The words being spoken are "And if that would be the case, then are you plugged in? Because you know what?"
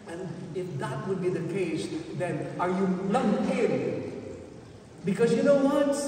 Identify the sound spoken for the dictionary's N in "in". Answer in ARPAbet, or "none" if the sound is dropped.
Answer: L